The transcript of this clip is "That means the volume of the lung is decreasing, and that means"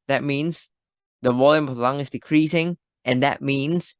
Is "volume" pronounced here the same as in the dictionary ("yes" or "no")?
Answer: no